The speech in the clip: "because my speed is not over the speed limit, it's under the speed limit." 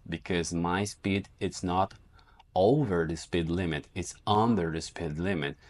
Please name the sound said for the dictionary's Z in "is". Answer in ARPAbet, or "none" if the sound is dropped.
S